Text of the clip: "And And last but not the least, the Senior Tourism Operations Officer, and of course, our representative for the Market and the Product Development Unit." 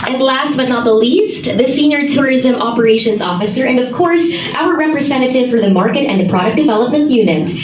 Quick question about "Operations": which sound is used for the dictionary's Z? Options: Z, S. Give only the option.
Z